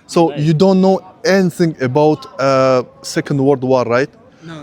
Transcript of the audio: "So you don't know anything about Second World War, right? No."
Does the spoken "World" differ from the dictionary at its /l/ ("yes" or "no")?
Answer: yes